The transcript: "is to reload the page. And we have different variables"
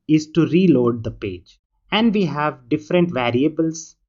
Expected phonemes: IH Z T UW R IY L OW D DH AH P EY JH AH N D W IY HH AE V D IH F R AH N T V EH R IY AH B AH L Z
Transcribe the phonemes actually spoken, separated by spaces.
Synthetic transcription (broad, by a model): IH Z T UW R IY L OW D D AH P EY JH AH N D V IY HH AE V D IH F R AH N T V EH R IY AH B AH L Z